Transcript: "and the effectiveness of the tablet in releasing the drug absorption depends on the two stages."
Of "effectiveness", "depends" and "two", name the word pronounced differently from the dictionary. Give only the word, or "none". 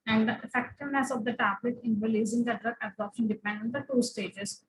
depends